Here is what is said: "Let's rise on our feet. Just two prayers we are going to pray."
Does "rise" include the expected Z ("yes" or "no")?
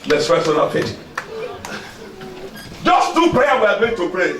no